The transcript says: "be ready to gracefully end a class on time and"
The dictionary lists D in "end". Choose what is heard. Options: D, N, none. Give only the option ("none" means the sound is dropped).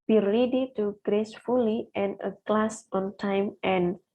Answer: none